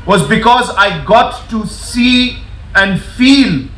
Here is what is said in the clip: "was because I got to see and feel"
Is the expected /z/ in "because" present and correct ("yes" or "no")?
yes